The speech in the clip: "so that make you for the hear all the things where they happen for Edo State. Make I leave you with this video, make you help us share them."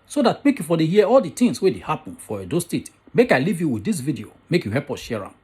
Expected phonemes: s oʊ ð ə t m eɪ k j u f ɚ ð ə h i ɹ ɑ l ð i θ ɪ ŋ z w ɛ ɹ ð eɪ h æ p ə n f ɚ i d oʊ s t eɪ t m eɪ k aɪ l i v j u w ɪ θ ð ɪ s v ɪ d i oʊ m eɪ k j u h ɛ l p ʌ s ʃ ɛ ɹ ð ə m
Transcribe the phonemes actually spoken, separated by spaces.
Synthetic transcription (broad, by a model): s oʊ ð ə t m eɪ k j u f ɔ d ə h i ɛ ɑ l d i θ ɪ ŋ s w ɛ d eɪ h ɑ p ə n f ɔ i d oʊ s t eɪ t m eɪ k aɪ l i v j u w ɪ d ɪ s v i d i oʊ m eɪ k j u h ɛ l p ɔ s ʃ ɛ ɹ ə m